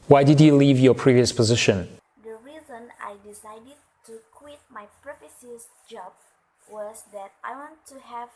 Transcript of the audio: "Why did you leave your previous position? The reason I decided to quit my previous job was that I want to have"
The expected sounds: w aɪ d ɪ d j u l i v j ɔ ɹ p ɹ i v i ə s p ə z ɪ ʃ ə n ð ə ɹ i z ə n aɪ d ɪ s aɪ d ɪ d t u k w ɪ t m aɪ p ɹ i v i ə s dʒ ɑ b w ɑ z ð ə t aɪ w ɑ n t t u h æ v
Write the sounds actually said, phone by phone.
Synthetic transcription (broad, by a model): w aɪ d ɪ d j u l i v j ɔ p ɹ i v i ə s p ə z ɪ ʃ ə n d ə ɹ i z ə n aɪ d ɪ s aɪ d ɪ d t u k w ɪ t m aɪ p ɹ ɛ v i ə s dʒ ɑ b w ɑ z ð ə t aɪ w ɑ n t t u h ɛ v